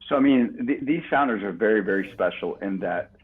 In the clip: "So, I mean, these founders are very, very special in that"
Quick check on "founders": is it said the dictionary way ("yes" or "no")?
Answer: yes